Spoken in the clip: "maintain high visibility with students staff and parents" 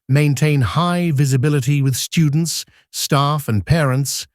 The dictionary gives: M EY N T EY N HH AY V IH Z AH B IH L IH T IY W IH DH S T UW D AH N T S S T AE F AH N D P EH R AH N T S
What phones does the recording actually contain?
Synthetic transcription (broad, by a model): M EY N T EY N HH AY V IH Z AH B IH L IH T IY W IH DH S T UW D N T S S T AE F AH N P EH R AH N T S